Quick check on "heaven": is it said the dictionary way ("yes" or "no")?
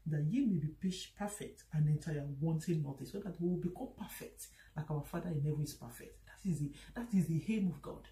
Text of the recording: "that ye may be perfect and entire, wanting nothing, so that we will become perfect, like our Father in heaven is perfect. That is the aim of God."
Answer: no